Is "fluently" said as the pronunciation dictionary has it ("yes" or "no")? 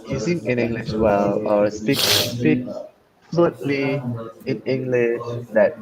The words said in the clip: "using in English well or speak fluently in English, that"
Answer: no